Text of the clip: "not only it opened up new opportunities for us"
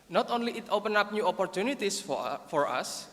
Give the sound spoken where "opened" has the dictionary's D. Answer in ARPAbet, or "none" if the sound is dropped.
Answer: none